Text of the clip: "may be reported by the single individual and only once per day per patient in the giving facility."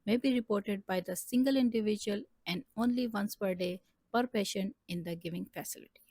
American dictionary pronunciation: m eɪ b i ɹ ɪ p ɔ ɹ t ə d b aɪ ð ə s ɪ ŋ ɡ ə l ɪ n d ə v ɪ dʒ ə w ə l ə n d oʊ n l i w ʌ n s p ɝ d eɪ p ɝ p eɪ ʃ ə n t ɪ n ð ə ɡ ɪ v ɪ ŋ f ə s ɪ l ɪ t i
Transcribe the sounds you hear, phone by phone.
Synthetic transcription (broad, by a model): m eɪ b i ɹ ɪ p ɔ ɹ t ə d b aɪ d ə s ɪ ŋ ɡ ə l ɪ n d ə v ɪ dʒ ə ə l ə n d oʊ n l i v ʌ n s p ɝ d eɪ p ɝ p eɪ ʃ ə n ɪ n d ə ɡ ɪ v ɪ ŋ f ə s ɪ l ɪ t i